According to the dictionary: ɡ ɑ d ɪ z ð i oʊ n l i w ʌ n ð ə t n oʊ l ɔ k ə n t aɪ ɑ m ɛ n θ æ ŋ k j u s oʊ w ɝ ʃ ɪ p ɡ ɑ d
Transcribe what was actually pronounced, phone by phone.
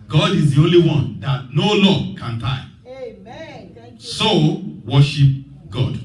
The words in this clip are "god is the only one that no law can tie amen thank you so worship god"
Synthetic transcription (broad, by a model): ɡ ɑ d ɪ z ð i oʊ n l i w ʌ n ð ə t n oʊ l ɔ k ə n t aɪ ɑ ɪ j s oʊ w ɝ ʃ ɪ p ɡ ɑ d